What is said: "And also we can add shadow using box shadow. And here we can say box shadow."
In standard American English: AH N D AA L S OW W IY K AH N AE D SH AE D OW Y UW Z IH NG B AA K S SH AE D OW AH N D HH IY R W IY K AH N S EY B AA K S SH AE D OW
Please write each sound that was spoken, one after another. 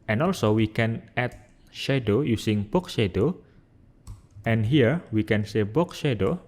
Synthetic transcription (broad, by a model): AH N AA L S OW W IY K AH N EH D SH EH D OW Y UW S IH NG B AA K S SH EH D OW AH N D HH IY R W IY K AH N S EY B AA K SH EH D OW